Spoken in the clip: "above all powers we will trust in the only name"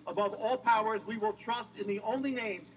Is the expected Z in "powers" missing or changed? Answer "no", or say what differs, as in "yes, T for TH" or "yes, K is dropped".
no